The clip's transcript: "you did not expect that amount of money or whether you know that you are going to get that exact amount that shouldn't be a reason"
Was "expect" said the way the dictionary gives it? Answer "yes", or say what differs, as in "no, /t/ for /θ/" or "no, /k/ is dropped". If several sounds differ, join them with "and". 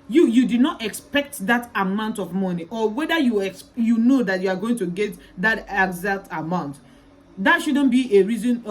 yes